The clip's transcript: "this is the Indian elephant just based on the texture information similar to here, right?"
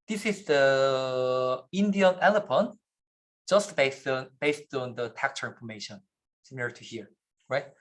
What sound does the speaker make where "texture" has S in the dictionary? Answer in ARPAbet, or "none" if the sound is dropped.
none